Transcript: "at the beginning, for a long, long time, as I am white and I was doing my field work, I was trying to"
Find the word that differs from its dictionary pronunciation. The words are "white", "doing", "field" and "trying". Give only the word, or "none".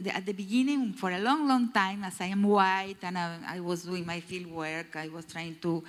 none